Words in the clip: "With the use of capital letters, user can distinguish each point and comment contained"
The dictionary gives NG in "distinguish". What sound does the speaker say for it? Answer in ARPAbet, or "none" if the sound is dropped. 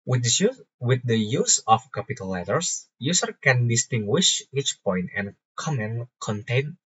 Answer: NG